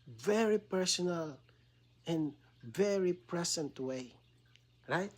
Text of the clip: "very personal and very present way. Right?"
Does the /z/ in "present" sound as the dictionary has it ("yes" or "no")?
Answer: no